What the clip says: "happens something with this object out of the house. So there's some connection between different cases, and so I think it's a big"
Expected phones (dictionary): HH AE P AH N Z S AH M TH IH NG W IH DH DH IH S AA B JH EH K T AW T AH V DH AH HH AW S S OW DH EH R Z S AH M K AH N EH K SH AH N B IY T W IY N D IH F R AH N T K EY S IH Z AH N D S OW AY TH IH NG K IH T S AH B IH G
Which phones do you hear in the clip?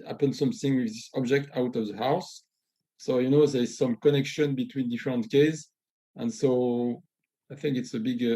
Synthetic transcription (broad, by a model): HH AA P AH N S AH M TH IH NG W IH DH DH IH S AA B JH EH K T AW T AH V DH AH HH AW S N OW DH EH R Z S AH M K AH N EH K SH AH N B IY T W IY N D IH F R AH N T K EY IH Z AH N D S OW AY TH IH NG K IH T S AH B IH G